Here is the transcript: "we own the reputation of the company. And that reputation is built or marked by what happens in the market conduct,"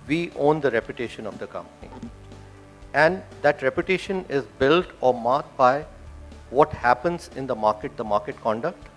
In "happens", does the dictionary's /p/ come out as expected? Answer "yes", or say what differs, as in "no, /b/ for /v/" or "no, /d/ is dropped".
yes